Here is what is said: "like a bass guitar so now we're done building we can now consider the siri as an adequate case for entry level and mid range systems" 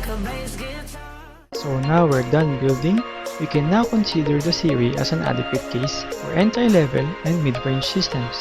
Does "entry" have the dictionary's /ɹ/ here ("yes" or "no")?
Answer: no